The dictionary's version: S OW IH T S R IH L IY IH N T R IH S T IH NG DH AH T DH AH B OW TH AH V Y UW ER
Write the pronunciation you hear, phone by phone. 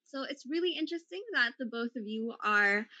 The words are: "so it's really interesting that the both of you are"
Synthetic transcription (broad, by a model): S OW IH T S R IH L IY IH N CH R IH S T IH NG DH AH T DH AH B OW TH AH V Y UW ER